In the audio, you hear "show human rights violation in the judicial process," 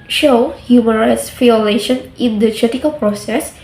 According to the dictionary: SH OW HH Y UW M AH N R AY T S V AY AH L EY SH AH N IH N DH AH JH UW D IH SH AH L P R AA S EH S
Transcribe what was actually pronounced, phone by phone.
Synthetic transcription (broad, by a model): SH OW HH Y UW M AH N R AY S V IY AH L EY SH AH N IH N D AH CH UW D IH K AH L P R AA S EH S